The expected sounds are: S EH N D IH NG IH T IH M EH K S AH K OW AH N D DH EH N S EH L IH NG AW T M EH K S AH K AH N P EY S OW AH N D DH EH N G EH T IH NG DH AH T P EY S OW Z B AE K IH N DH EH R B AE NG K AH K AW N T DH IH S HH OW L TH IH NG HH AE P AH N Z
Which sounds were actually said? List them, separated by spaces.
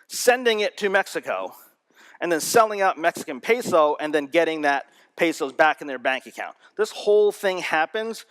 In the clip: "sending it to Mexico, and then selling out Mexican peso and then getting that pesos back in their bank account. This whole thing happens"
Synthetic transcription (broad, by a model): S EH N D IH NG IH T IH M EH K S AH K OW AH N DH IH N S EH L IH NG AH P M EH K S AH K AH N P EY S OW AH N DH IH N G EH T IH NG DH AH T P EY S OW Z B AE K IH N DH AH R B AE NG K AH K AW N DH IH S HH OW L TH IH NG HH AE P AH N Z